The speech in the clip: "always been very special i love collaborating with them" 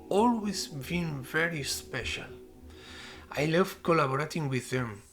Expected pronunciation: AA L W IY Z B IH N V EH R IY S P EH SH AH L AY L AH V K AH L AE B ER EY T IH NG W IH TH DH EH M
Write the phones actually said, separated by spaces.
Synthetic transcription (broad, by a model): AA L W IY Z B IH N V EH R IY S P EH SH AH L AY L AH V K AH L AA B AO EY T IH NG W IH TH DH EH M